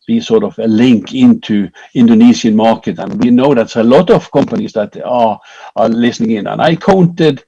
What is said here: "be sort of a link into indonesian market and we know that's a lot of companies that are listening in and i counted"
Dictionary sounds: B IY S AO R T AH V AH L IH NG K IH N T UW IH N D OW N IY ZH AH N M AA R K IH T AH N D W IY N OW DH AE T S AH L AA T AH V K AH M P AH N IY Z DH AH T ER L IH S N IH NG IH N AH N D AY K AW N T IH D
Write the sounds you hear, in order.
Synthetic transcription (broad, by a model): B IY S AO R T AH V AH L IH NG K IH N T UW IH N D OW N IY S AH N M AA R K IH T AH N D W IY N OW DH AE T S AH L AA T AH V K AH M P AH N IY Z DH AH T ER L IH S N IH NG IH N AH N AY K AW N T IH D